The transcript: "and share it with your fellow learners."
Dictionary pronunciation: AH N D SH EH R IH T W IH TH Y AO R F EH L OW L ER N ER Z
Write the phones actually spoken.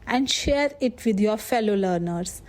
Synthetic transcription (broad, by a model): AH N D SH EH R IH T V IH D Y AO R F EH L OW L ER N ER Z